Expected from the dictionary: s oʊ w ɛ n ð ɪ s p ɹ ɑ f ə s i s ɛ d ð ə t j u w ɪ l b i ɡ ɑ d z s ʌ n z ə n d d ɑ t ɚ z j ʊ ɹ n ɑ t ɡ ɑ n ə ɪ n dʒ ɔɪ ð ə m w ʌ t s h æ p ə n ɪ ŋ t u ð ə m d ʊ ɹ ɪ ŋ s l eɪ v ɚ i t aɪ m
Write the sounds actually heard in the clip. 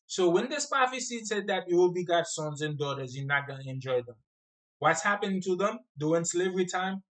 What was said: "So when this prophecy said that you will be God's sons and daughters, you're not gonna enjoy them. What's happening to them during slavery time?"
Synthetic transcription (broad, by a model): s oʊ w ɛ n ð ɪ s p ɑ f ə s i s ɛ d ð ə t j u w ɪ l b i ɡ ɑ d s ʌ n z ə n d d ɑ t ɚ z j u n ɑ t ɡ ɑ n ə ɪ n dʒ ɔɪ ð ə m w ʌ t s h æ p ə n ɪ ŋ t u ð ə m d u w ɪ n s l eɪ v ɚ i t aɪ m